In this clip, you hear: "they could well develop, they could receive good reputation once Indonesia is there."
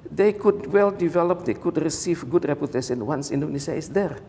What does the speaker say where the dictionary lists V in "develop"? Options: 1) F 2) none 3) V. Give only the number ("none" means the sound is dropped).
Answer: 3